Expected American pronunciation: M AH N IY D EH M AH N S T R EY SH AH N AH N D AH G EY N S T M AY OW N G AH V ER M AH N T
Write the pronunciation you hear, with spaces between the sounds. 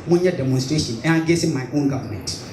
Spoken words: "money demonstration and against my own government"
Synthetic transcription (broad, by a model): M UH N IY D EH M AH N S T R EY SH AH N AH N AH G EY S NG M AY OW N G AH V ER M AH N T